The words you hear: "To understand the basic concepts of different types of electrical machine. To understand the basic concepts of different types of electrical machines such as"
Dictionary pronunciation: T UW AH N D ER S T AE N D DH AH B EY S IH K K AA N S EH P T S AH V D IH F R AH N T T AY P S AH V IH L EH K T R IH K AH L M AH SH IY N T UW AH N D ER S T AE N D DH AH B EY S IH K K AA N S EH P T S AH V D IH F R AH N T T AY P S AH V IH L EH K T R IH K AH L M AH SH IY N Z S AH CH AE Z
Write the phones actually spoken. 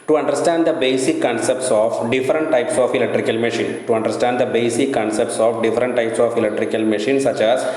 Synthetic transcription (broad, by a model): T UW AH N D ER S T AE N D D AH B EY S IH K K AA N S EH P T S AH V D IH F R AH N T T AY P S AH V IH L EH K T R IH K AH L M AH SH IY N T UW AH N D ER S T AE N D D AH B EY S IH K K AA N S EH P T S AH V D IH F R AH N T T AY P S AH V IH L EH K T R IH K AH L M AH SH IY N S AH CH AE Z